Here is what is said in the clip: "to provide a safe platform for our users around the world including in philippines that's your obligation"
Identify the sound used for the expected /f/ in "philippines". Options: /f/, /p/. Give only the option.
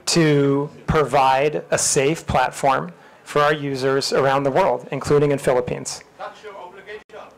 /f/